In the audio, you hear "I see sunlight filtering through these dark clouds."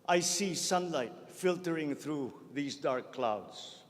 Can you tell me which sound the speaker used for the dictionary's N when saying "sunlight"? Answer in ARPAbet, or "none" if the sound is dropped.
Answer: N